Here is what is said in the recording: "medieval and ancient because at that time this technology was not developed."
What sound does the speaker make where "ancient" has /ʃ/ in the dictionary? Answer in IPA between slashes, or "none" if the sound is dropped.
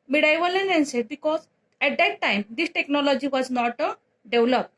/s/